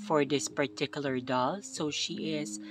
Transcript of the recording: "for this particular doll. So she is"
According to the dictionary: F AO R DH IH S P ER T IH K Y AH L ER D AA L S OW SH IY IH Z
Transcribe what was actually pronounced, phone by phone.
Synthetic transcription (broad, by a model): F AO R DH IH S P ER T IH K Y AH L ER D AA L S OW SH IY IH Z